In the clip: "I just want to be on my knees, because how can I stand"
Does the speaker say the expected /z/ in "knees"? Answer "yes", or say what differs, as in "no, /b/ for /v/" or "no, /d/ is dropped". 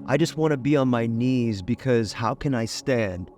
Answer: yes